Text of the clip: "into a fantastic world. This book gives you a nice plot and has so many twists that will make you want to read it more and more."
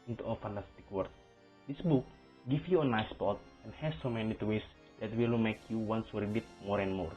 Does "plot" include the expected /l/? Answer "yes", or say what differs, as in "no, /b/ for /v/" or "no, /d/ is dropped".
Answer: no, /l/ is dropped